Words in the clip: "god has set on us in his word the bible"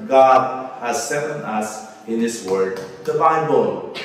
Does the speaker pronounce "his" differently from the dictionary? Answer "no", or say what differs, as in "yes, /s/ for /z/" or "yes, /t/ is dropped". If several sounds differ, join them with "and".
yes, /s/ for /z/